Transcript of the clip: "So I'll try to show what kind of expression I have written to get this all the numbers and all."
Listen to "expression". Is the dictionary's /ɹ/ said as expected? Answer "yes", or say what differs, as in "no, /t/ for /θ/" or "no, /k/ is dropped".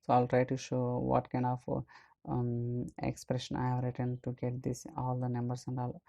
yes